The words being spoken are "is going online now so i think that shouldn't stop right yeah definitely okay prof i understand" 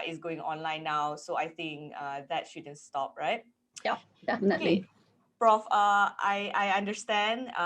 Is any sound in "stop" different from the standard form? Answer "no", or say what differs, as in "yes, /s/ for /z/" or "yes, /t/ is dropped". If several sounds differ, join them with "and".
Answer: no